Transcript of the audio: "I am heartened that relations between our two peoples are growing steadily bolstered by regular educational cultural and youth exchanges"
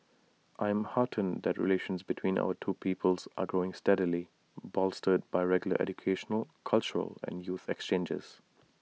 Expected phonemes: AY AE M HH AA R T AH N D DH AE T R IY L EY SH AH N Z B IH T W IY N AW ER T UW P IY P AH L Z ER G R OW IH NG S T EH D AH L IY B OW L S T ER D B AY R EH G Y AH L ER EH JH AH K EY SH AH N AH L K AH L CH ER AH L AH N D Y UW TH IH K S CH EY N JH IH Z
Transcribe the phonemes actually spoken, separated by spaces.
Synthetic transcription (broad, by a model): AY M HH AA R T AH N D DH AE T R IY L EY SH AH N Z B IH T W IY N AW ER T UW P IY P AH L Z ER G R OW IH NG S T EH D AH L IY B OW L S T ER D B AY R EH G Y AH L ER EH JH AH K EY SH AH N AH L K AH L CH ER AH L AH N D Y UW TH IH K S CH EY N JH IH Z